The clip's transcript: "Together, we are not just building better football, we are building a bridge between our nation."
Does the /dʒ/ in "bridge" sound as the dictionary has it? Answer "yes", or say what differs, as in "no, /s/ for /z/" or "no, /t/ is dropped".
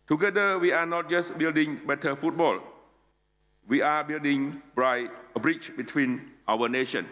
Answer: no, /tʃ/ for /dʒ/